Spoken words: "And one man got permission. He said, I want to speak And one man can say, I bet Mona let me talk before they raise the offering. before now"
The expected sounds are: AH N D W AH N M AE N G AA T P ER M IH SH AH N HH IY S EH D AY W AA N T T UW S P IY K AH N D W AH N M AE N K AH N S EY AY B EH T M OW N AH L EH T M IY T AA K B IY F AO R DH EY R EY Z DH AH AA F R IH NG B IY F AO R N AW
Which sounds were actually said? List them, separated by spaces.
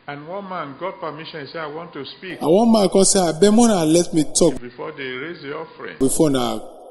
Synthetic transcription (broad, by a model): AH N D W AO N M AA N G AA T P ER M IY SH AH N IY S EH AY W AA N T T UW S P IY K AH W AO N M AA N K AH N S EY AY B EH M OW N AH L EH T M IY T AA K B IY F AO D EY R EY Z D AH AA F R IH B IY F AO N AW